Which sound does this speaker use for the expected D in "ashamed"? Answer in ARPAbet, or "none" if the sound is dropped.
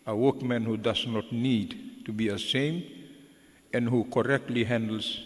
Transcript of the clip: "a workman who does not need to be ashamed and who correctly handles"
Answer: none